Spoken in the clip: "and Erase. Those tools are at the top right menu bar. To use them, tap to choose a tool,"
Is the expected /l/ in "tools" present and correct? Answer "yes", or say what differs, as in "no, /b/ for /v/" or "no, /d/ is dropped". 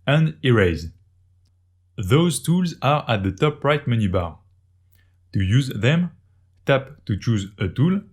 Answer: yes